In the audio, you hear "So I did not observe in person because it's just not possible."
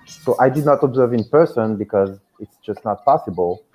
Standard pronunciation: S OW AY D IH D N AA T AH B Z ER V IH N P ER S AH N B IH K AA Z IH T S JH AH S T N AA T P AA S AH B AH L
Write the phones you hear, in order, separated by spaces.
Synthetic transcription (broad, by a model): S OW AY D IH D N AA T AH B Z ER V IH N P ER S AH N B IH K AA Z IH T S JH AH S T N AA T P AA S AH B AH L